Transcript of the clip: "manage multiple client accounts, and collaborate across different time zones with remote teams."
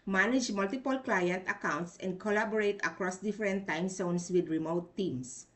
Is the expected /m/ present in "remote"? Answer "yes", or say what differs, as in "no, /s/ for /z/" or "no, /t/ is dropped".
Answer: yes